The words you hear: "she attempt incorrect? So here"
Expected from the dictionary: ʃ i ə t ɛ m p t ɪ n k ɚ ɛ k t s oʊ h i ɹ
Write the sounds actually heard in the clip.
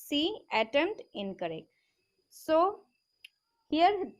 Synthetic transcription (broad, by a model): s i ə t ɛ m t ɪ n k ɚ ɛ k t s oʊ h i ɹ